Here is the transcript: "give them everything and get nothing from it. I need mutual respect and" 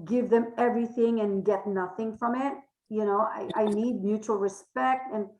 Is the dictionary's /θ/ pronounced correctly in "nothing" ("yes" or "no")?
yes